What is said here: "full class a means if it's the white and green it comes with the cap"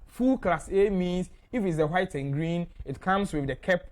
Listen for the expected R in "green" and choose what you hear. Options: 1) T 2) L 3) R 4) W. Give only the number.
3